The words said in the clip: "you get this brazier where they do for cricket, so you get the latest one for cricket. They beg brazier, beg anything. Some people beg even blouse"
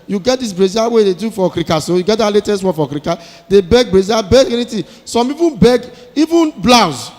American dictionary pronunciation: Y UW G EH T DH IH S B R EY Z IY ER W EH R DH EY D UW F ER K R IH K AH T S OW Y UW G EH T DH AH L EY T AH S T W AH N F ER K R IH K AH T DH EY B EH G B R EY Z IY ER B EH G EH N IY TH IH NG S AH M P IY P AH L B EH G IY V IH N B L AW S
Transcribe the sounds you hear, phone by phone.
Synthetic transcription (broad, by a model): Y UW G EH T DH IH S B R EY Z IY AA W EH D EY D UW F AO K R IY K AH S OW Y UW G EH T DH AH L EY T AH S T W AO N F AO K R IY K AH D EY B EH G B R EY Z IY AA B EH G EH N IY T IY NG S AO M IY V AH N B EH G IY V IH N B L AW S